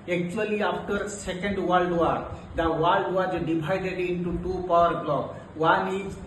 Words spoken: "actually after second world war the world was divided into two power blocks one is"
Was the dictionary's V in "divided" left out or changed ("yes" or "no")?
yes